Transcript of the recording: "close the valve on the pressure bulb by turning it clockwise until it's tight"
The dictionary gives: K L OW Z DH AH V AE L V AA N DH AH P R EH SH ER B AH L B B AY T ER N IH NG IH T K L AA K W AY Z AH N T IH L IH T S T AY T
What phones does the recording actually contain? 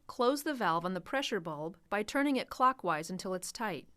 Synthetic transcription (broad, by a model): K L OW Z DH AH V AE L V N DH AH P R EH SH ER B AH L B B AY T ER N IH NG IH T K L AA K W AY Z AH N T IH L IH T S T AY T